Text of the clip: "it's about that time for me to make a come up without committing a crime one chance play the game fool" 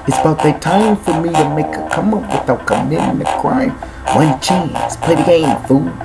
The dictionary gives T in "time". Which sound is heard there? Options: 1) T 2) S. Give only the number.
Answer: 1